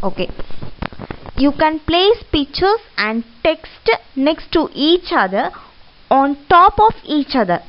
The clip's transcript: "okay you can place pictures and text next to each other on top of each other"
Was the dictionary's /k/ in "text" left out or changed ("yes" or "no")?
no